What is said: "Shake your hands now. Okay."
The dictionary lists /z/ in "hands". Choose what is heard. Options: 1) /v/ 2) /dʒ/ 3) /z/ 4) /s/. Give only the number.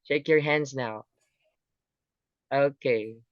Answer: 3